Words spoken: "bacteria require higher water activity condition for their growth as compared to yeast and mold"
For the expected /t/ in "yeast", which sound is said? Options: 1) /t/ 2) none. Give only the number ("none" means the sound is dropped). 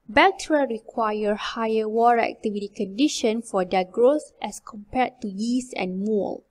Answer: 2